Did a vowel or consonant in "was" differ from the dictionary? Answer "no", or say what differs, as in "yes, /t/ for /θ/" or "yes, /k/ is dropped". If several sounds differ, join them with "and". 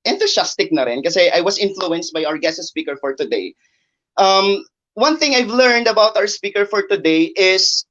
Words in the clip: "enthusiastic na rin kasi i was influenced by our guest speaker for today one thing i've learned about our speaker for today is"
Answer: yes, /s/ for /z/